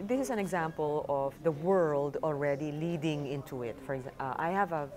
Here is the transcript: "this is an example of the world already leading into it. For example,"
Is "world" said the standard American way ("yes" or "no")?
yes